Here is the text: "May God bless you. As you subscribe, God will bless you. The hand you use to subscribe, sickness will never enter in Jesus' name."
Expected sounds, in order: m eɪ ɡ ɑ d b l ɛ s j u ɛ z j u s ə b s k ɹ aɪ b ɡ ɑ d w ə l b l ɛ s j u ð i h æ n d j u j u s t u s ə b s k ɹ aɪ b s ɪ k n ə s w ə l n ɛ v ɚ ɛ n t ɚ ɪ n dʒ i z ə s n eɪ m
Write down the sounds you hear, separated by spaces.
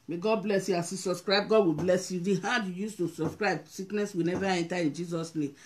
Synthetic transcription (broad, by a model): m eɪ ɡ ɑ d b l ɛ s j u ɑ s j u s ə b s k ɹ aɪ b ɡ ɑ d w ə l b l ɛ s j u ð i h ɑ d j u j u s t u s ə b s k ɹ aɪ b s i k n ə s w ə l n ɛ v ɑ ɛ n t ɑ ɪ n dʒ i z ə s n eɪ m